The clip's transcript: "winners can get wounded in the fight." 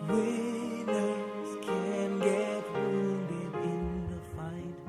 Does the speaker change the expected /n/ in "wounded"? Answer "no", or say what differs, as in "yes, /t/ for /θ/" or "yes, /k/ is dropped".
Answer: yes, /n/ is dropped